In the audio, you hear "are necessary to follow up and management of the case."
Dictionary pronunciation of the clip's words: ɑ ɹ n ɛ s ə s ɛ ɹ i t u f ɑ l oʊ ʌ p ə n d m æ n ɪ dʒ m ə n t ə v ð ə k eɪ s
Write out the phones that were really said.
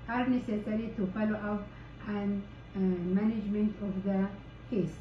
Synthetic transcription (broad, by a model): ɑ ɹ n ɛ s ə s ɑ ɹ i t u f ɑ l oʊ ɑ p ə n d m æ n ɪ dʒ m ə n t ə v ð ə k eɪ s